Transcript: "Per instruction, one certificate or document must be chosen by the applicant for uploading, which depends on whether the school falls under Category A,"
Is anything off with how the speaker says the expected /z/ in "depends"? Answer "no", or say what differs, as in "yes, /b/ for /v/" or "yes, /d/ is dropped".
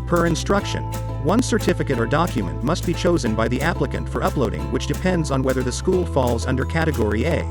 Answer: no